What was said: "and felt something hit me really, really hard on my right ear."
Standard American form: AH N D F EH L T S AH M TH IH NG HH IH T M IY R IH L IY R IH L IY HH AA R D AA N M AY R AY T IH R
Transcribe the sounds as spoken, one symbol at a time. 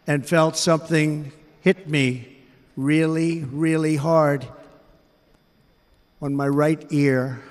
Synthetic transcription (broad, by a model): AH N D F EH L T S AH M TH IH NG HH IH T M IY R IH L IY R IH L IY HH AA R D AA N M AY R AY T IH R